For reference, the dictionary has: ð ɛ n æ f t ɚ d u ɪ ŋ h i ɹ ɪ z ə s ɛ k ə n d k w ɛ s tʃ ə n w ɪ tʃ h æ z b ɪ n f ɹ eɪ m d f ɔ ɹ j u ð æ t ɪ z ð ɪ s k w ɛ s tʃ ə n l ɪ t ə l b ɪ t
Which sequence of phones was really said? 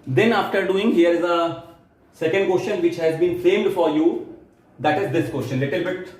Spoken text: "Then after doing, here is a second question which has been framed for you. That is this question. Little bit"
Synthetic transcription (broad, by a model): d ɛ n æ f t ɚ d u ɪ ŋ h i ɹ ɪ z ə s ɛ k ə n d k w ɛ s tʃ ə n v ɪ tʃ h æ z b ɪ n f eɪ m d f ɔ ɹ j u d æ t ɪ z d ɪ s k w ɛ s tʃ ə n l ɪ t ə l b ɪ t